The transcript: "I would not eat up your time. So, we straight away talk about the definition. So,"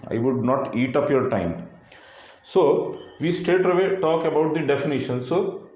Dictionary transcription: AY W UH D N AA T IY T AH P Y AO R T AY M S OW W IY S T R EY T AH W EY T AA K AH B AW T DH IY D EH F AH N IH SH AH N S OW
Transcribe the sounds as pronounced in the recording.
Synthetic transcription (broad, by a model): AY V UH D N AA T IY T AH P Y AO R T AY M S OW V IY S T EY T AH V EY T AA K AH B AW T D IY D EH F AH N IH SH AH N S OW